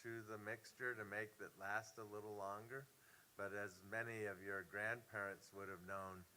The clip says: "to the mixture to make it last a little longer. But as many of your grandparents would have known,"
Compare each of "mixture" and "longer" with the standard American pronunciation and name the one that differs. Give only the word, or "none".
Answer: none